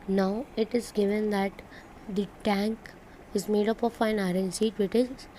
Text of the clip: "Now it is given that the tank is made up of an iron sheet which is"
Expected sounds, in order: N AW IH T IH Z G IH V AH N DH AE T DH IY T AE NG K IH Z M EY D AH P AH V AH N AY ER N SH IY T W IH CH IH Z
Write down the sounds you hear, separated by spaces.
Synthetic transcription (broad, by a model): N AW IH T IH Z G IH V AH N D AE T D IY T AE NG K IH Z M EY D AH P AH F AH N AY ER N S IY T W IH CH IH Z